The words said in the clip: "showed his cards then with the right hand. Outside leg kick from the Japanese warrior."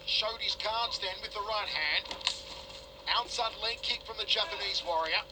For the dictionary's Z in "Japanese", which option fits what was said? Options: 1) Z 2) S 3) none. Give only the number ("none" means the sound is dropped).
1